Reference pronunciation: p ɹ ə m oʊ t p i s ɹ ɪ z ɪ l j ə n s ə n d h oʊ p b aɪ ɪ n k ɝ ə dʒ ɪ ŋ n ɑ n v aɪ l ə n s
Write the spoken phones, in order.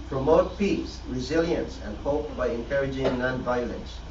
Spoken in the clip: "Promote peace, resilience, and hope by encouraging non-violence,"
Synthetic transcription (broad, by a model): p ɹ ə m oʊ t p i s ɹ ɪ z ɪ l j ə n s ə n d h oʊ p b aɪ ɪ n k ɝ ə dʒ ɪ ŋ n ɑ n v aɪ l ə n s